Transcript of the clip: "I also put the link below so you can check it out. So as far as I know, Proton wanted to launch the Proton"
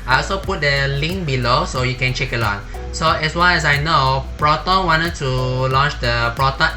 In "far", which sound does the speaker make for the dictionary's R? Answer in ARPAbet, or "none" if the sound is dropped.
L